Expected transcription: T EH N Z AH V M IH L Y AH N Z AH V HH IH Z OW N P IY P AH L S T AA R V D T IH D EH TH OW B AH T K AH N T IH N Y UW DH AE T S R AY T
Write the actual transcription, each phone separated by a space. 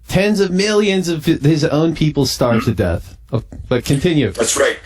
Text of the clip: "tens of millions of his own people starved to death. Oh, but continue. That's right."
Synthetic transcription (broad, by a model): T EH N Z AH V M IH L Y AH N Z AH V IH Z OW N P IY P L S T AA R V T IH D EH TH OW B AH T K AH N T IH N Y UW DH AE T S R AY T